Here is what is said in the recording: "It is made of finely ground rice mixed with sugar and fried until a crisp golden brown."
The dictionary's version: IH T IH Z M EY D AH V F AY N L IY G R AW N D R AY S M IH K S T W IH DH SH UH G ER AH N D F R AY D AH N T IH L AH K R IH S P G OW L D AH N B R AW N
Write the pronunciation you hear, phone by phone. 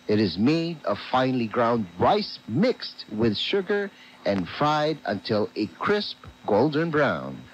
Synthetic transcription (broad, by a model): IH T IH Z M EY D AH V F AY N L IY G R AW N D R AY S M IH K S T W IH DH SH UH G ER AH N F R AY D AH N T IH L AH K R IH S P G OW L D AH N B R AW N